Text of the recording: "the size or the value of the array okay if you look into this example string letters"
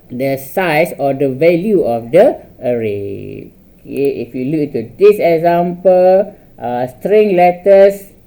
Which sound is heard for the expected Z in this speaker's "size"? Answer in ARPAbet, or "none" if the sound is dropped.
S